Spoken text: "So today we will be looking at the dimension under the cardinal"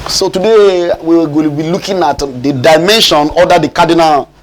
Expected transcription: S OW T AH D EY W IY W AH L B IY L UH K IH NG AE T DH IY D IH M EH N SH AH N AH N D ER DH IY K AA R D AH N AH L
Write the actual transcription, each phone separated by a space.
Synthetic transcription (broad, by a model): S OW T AH D EY W IY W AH N B IY L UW K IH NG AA T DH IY D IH M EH N SH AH N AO D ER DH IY K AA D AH N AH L